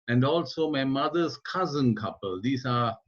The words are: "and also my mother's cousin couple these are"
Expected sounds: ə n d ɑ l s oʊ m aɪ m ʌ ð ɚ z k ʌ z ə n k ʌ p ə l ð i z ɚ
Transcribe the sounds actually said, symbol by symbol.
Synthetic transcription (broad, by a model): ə n d ɑ l s oʊ m aɪ m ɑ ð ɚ s k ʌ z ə n k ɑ p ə l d i s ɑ